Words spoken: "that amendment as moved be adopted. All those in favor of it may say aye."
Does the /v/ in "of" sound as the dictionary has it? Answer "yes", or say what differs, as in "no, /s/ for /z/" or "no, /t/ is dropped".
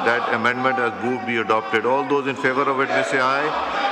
yes